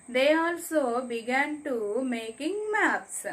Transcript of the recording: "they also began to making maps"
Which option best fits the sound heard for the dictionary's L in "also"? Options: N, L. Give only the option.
L